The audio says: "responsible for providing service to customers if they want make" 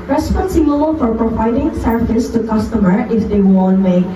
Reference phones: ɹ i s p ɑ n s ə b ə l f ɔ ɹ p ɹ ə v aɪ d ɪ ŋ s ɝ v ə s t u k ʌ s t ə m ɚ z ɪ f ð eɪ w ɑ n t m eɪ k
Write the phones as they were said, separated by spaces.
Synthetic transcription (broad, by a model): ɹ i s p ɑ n s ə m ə l f ɔ ɹ p ɹ ə v aɪ d ɪ ŋ s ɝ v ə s t u k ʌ s t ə m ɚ ɪ f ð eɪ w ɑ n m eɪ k